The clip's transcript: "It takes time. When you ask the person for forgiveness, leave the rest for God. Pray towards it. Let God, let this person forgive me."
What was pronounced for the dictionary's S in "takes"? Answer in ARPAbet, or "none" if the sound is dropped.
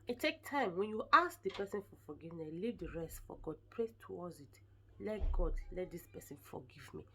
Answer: none